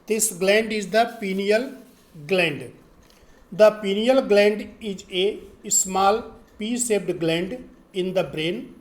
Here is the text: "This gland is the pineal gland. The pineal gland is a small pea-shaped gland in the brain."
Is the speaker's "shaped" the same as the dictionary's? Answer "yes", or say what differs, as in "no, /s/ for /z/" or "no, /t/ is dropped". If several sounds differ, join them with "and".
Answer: no, /s/ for /ʃ/